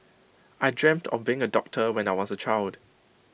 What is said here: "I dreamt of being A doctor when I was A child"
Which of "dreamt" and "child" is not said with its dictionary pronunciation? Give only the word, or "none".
none